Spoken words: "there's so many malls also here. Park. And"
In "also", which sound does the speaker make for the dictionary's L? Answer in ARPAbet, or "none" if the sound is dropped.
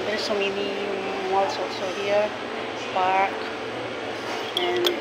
none